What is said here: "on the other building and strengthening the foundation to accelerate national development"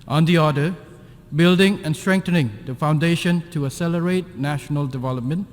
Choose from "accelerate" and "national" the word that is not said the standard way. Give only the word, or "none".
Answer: accelerate